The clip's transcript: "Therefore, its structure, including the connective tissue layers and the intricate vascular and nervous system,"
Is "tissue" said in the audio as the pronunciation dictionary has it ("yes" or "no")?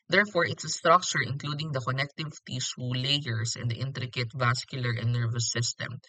no